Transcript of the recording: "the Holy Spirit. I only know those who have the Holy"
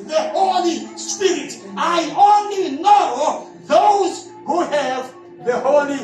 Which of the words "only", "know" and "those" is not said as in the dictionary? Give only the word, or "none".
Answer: none